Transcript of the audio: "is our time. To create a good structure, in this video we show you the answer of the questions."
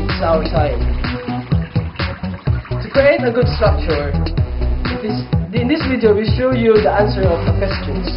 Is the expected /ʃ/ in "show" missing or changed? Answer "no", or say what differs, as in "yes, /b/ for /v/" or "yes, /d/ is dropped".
yes, /s/ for /ʃ/